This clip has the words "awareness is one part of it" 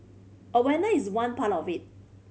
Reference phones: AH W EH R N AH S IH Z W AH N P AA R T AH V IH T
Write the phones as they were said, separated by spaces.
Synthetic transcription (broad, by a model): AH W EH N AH IH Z W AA N P AA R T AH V IH T